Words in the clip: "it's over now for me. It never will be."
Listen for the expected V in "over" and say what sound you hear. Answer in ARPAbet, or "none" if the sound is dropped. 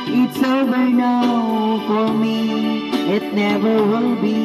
B